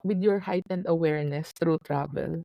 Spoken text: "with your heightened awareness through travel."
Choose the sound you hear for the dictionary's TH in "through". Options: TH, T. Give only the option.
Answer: T